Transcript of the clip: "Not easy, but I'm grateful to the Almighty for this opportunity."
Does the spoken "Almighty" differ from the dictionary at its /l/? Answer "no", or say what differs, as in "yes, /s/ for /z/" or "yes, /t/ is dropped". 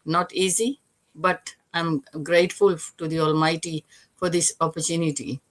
no